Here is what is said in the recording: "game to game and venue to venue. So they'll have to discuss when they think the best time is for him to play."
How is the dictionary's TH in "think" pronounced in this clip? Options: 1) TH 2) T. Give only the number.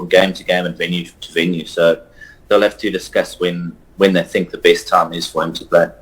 1